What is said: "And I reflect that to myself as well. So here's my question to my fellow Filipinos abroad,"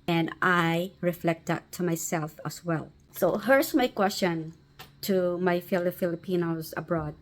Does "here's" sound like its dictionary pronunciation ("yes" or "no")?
no